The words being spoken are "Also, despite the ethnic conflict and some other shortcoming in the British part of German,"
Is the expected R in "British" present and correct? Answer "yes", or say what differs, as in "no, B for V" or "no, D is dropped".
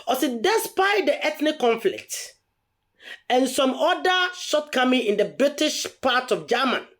yes